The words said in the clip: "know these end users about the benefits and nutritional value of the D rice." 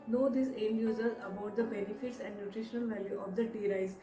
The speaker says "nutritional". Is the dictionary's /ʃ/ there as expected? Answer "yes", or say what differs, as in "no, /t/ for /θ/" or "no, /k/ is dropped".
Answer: yes